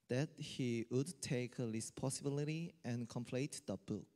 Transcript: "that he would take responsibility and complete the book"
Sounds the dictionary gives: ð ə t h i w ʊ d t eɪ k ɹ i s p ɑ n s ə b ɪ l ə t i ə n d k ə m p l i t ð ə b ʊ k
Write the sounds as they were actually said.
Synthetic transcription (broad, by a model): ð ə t h i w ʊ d t eɪ k l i s p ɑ s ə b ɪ l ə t i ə n k ə m p l i t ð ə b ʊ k